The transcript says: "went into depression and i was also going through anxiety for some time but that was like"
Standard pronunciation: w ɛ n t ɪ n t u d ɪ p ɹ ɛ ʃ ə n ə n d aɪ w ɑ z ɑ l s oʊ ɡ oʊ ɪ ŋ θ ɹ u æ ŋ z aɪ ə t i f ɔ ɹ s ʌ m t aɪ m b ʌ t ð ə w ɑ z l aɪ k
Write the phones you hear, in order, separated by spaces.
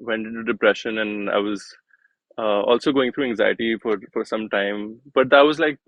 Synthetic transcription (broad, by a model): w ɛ n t ɪ n t u d ɪ p ɹ ɛ ʃ ə n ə n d aɪ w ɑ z ɑ l s oʊ ɡ oʊ ɪ ŋ t ɹ u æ ŋ z aɪ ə t i f ɔ ɹ s ʌ m t aɪ m b ʌ t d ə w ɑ z l aɪ k